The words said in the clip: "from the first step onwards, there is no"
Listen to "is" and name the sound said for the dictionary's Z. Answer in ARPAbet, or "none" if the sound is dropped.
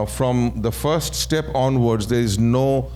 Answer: Z